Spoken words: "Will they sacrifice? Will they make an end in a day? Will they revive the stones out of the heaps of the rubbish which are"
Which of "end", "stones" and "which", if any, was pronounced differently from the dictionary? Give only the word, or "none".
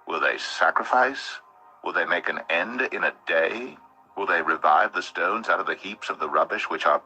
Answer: none